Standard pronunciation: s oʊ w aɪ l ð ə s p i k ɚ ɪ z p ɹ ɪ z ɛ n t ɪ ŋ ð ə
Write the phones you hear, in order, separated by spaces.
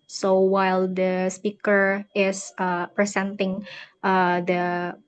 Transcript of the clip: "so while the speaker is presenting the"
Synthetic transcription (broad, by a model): s oʊ w aɪ l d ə s p i k ɚ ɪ s p ɹ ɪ s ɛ n t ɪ ŋ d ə